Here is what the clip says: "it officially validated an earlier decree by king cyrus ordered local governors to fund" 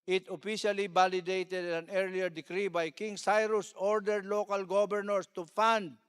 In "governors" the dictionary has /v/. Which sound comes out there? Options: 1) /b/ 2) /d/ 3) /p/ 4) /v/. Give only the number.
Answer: 1